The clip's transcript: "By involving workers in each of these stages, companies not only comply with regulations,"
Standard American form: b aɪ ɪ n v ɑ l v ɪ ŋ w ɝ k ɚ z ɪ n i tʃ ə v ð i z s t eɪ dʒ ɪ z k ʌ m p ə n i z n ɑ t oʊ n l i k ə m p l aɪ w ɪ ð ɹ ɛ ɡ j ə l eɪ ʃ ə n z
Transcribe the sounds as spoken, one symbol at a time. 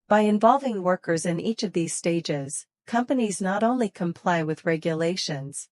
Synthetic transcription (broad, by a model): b aɪ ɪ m v ɑ l v ɪ ŋ w ɝ k ɚ z ɪ n i tʃ ə v ð i z s t eɪ dʒ ɪ z k ʌ m p ə n i z n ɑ t oʊ n l i k ə m p l aɪ w ɪ ð ɹ ɛ ɡ j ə l eɪ ʃ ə n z